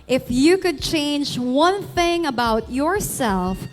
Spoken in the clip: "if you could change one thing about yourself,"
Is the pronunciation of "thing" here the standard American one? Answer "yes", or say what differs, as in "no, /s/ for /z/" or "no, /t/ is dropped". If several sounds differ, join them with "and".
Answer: yes